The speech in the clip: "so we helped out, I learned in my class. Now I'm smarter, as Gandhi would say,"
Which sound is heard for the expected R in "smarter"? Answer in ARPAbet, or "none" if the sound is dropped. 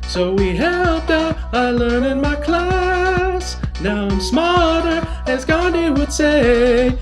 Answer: L